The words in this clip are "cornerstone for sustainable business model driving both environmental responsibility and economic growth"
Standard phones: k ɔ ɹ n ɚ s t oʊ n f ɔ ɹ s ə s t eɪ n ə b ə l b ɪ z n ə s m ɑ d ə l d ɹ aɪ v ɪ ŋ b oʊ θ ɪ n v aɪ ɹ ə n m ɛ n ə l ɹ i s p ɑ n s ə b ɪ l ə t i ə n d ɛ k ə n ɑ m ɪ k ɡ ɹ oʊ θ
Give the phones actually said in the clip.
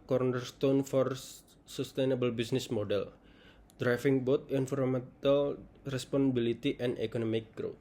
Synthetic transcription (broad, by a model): k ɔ ɹ n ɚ s t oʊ n f ɔ ɹ s ə s t eɪ n ə b ə l b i s n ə s m ɑ d ə l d ɹ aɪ f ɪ ŋ b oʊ t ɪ n f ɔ ɹ m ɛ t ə l ɹ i s p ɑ n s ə b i l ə t i ə n d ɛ k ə n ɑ m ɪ k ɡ ɹ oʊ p